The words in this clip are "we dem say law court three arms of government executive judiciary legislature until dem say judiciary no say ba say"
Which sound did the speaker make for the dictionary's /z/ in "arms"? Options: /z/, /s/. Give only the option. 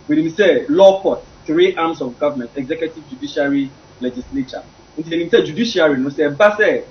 /s/